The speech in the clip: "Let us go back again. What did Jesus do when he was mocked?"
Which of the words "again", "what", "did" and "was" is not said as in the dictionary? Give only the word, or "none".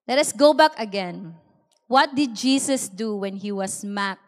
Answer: was